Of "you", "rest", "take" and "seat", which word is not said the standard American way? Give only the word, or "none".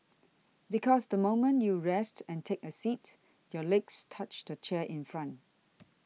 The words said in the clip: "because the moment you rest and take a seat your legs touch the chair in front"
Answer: none